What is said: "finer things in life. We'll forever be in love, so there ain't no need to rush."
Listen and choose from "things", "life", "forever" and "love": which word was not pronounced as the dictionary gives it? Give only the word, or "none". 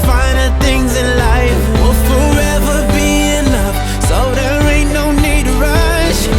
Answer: love